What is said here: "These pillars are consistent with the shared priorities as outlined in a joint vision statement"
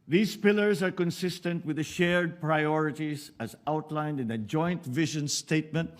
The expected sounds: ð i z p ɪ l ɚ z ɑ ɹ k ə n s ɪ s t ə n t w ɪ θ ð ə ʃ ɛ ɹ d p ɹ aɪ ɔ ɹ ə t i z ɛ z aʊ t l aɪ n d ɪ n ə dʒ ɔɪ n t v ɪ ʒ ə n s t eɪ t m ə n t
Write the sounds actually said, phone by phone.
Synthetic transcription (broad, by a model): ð i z p ɪ l ɚ z ɑ ɹ k ə n s ɪ s t ə n t w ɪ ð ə ʃ ɛ ɹ d p ɹ aɪ ɔ ɹ ə t i z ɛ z aʊ t l aɪ n d ɪ n ə dʒ ɔɪ n t v ɪ ʒ ə n s t eɪ t m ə n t